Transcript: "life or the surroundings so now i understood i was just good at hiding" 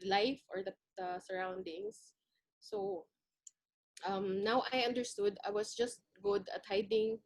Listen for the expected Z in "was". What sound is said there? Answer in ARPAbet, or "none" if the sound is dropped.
S